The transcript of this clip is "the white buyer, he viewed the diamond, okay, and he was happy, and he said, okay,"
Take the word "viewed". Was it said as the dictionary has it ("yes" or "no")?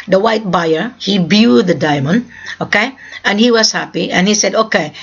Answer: no